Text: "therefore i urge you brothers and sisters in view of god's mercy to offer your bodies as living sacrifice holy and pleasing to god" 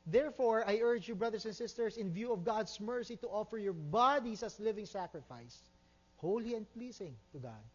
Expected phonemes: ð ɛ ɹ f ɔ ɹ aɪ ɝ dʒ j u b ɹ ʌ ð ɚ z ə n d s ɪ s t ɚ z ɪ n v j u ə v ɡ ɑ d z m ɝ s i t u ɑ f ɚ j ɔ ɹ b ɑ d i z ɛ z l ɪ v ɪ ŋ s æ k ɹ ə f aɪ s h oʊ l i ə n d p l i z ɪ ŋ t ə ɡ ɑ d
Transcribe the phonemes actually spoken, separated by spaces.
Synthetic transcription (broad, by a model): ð ɛ ɹ f ɔ ɹ aɪ ɝ dʒ j u b ɹ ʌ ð ɚ s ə n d s ɪ s t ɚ s ɪ n v j u ə v ɡ ɑ d s m ɝ s i t u ɑ f ɚ j ɔ ɹ b ɑ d i s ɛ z l ɪ v ɪ ŋ s æ k ɹ ə f aɪ s h oʊ l i ə n d p l i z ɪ ŋ t ə ɡ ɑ d